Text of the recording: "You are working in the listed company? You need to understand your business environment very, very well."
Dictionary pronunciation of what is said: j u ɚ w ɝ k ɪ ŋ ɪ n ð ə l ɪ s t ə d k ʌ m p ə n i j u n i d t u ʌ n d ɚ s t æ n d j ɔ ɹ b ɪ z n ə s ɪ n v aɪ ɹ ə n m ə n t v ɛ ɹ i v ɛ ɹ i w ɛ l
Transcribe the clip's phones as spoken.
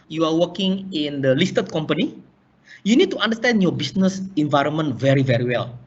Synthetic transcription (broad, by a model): j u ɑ w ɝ k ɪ ŋ ɪ n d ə l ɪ s t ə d k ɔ m p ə n i j u n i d t u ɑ n d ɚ s t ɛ n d j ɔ b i s n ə s ɪ n v aɪ ɹ ə n m ə n t v ɛ ɹ i v ɛ ɹ i w ɛ l